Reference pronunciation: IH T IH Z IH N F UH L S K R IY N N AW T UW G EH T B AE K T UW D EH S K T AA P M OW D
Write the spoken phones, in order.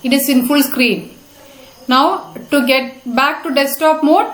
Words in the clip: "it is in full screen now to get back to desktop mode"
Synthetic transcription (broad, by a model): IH T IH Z IH N F UH L S K R IY N N AW T UW G EH T B AE K T UW D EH S T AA P M OW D